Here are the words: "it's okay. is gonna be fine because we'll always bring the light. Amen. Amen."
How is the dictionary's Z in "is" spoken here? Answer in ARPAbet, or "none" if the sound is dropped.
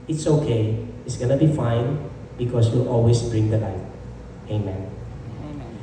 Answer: S